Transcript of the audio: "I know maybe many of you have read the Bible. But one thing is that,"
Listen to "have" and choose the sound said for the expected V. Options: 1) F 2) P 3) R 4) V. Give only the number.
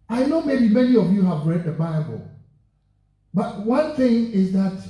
4